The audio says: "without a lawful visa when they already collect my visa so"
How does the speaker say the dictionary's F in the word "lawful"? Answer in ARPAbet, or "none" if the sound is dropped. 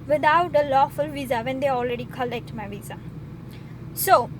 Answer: F